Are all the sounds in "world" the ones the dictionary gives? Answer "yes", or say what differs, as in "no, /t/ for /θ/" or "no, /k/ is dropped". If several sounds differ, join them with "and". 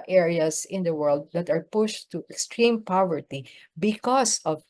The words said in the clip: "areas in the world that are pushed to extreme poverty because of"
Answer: yes